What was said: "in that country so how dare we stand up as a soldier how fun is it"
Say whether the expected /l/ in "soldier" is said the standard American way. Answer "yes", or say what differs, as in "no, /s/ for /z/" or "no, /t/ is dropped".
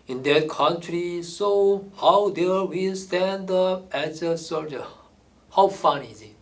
no, /l/ is dropped